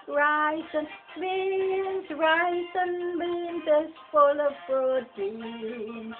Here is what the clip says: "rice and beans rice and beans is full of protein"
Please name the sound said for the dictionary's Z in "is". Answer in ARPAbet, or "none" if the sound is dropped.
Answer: S